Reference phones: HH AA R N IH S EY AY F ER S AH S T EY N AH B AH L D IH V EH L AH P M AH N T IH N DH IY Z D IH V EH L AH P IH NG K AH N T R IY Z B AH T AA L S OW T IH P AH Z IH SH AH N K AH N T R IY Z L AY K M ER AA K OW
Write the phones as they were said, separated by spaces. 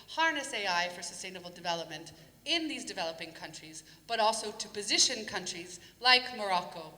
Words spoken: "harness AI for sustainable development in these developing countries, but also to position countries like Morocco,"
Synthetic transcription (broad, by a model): HH AA R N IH S EY AY F ER S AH S T EY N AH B L D IH V EH L AH P M AH N T IH N DH IY Z D IH V EH L AH P IH NG K AH N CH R IY Z B AH T AA L S OW T IH P AH Z IH SH AH N K AH N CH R IY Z L AY K M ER AA K OW